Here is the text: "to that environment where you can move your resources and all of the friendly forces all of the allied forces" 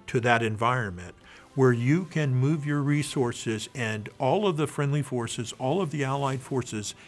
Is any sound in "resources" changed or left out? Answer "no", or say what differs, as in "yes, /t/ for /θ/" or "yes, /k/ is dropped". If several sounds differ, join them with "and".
no